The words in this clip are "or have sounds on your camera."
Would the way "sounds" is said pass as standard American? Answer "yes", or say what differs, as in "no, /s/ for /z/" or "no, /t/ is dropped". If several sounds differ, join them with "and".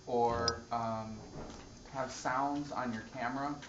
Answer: yes